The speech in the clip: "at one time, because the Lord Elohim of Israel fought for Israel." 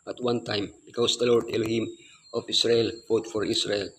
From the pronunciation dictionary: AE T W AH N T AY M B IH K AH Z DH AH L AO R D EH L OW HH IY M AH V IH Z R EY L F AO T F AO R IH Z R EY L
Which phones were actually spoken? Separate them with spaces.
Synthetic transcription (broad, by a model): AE T W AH N T AY M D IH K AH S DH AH L AO R D EH L OW HH IY M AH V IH S R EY L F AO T F AO R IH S R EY L